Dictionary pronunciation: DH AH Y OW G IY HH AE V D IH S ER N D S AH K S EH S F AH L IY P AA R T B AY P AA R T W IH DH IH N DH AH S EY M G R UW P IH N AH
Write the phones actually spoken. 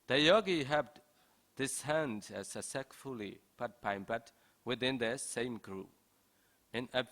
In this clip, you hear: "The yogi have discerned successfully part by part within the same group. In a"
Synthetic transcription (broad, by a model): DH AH Y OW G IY HH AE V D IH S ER N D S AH S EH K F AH L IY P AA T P AY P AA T W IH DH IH N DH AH S EY M G R UW P IH N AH